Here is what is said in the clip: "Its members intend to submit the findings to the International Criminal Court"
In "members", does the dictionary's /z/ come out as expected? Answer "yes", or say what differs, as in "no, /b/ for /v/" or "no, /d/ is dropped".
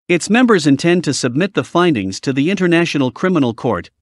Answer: yes